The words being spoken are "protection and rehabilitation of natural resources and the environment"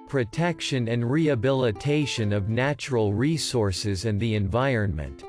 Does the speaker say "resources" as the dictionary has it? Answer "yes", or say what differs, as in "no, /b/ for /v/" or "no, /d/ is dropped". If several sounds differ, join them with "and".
yes